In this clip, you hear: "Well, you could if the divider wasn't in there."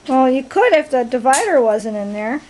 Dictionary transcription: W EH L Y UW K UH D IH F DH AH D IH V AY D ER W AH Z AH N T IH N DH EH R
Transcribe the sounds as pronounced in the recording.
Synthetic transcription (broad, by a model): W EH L Y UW K UH D IH F DH AH D IH V AY D ER W AH Z AH N T IH N DH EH R